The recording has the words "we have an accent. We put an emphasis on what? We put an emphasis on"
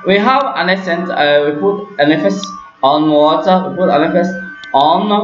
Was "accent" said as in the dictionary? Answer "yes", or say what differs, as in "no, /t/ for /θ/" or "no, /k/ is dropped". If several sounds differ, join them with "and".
no, /k/ is dropped